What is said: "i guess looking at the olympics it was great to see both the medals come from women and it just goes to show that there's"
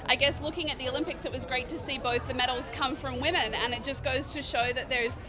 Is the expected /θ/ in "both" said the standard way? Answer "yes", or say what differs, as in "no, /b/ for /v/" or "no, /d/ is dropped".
yes